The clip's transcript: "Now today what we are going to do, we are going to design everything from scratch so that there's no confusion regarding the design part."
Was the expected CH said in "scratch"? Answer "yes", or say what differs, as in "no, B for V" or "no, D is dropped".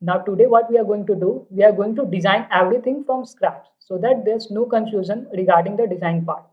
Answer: no, S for CH